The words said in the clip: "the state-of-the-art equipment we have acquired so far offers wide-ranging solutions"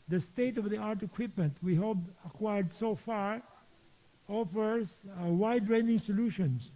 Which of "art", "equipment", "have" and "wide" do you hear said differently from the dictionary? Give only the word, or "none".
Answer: have